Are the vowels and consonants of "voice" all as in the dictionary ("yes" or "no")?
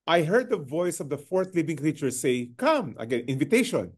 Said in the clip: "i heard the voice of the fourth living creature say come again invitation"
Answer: yes